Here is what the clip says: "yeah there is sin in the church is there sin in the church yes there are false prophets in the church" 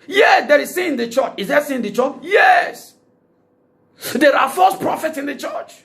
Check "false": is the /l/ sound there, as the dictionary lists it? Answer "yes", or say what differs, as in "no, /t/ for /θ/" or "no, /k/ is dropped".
no, /l/ is dropped